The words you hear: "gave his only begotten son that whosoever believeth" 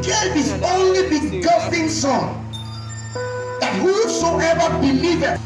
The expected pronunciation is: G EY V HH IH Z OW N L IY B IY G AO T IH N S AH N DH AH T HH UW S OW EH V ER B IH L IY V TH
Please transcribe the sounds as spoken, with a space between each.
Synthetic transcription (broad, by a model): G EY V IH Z OW N L IY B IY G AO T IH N S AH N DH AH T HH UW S OW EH V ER B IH L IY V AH